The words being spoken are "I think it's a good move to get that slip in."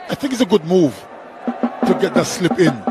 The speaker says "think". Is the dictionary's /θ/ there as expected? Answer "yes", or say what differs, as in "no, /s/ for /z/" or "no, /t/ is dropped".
yes